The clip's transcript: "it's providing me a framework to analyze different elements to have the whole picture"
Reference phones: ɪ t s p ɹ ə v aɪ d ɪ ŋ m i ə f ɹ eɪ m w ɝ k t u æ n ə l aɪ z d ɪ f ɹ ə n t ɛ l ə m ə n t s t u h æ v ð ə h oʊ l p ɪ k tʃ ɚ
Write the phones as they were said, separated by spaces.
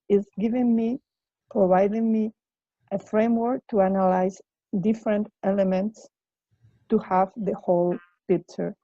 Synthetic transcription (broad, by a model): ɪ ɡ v p ɹ ə v aɪ d ɪ ŋ m i ə f ɹ eɪ m w ɝ k t u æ n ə l aɪ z d ɪ f ɹ ə n t ɛ l ə m ə n t s t u h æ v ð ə h oʊ l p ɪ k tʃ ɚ